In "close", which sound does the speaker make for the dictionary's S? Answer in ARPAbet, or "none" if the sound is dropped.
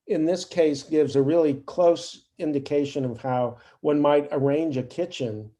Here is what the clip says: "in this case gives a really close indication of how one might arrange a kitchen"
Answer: S